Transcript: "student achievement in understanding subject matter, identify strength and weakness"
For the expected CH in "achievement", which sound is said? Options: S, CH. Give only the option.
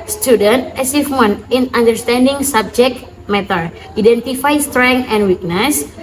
S